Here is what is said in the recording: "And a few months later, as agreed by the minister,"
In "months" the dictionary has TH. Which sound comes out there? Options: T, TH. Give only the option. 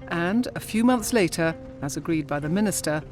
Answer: TH